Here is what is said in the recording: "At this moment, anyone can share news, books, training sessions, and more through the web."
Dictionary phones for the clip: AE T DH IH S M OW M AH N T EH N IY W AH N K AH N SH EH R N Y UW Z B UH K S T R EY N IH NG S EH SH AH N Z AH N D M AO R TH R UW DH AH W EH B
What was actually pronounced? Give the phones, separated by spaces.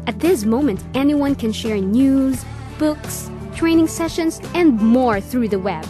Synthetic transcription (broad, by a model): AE T DH IH S M OW M AH N T EH N IY W AH N K AH N SH EH R N Y UW Z B UH K S T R EY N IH NG S EH SH AH N Z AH N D M AO R TH R UW DH AH W EH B